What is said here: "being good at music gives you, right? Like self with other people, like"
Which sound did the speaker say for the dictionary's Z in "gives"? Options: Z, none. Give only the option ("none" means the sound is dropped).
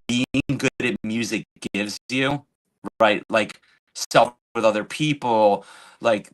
Z